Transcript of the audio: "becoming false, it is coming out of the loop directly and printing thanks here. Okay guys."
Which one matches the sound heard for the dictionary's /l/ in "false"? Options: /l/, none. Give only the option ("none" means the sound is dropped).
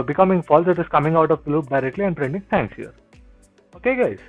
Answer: /l/